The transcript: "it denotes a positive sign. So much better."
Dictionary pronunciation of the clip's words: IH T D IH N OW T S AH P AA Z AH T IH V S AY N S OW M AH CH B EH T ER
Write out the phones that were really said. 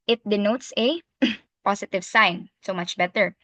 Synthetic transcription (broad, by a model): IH T D IH N OW T S AH P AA S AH T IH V S AY N S OW M AH CH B EH T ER